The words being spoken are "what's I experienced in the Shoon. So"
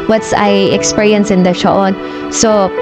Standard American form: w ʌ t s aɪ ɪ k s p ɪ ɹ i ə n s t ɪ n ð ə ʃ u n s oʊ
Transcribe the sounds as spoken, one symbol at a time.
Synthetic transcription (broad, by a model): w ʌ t s aɪ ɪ k s p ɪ ɹ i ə n s ɪ n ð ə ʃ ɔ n s oʊ